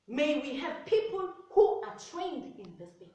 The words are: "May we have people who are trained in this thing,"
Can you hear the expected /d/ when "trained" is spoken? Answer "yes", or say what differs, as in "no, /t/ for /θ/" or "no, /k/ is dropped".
yes